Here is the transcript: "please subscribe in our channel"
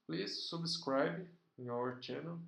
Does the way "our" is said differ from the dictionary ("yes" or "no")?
no